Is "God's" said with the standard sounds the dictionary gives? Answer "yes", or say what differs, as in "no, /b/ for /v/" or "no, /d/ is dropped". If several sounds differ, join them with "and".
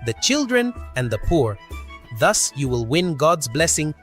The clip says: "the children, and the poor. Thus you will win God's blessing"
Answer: yes